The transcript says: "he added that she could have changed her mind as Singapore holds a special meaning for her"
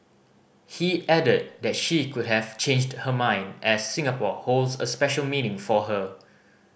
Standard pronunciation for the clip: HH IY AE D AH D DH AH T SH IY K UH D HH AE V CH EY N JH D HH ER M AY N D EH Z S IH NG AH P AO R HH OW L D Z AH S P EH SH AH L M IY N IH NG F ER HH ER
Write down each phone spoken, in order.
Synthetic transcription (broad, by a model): HH IY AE D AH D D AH T SH IY K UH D HH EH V CH EY N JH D HH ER M AY N D EH S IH NG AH P AO HH OW L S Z AH S P EH SH AH L M IY N IH NG F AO HH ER